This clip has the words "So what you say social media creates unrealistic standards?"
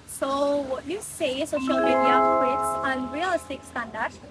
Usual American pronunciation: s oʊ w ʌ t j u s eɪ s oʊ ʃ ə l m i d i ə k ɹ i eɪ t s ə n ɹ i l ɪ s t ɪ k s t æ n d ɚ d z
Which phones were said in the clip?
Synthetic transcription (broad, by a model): s oʊ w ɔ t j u s eɪ s oʊ ʃ ə l m i d i ə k i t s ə n ɹ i l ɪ s t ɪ k s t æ n d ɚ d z